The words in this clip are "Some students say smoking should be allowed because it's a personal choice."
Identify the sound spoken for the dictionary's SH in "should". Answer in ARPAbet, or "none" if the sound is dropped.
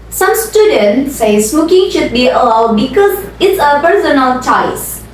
SH